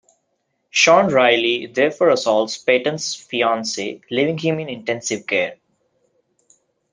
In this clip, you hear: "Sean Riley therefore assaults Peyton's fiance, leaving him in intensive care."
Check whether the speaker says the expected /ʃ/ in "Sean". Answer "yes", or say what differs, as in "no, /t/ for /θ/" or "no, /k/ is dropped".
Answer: yes